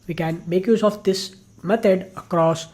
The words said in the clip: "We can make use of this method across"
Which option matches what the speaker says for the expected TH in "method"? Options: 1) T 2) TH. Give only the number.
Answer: 1